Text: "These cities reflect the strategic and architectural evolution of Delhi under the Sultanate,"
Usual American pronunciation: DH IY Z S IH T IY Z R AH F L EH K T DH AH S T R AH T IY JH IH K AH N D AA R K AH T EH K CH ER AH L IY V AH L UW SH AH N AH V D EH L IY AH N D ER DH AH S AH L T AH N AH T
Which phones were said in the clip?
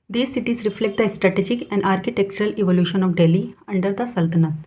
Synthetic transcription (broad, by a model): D IY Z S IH T IY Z R AH F L EH K T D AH S T R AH T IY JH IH K AH N D AA R K AH T EH K CH ER AH L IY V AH L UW SH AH N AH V D EH L IY AH N D ER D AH S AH L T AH N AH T